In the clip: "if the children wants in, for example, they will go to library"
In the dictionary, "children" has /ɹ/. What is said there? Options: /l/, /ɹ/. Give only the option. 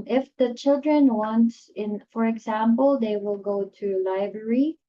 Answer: /ɹ/